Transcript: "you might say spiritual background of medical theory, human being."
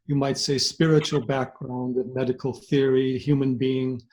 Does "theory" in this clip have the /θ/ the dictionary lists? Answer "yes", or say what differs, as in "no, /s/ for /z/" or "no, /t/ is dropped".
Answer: yes